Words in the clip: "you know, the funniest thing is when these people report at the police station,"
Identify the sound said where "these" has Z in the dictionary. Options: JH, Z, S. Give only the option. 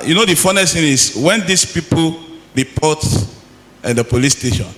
S